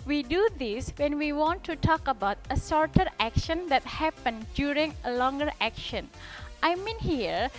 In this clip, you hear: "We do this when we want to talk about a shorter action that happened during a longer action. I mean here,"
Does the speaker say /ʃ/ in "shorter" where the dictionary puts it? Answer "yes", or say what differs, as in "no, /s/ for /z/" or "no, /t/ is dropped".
no, /s/ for /ʃ/